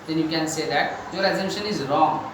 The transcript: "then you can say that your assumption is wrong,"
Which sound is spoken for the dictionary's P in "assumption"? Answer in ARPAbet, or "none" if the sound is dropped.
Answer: none